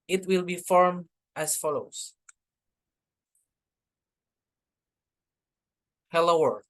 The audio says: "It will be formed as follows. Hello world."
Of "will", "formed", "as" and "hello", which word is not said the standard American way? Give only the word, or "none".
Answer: as